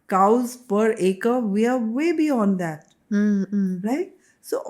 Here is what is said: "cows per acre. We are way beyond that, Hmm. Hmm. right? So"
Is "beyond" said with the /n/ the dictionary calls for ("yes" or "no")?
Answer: yes